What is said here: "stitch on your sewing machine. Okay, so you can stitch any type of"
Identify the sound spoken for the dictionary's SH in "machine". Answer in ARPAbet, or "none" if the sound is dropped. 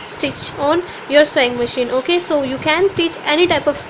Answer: SH